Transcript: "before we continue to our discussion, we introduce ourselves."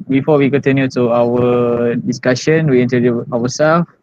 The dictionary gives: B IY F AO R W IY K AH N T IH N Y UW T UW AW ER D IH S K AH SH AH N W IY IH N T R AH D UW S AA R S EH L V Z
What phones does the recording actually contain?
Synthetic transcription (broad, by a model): B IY F AO W IY K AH N T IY N Y UW T UW AW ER D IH S K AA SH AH N W IY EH N T AH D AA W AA S EH L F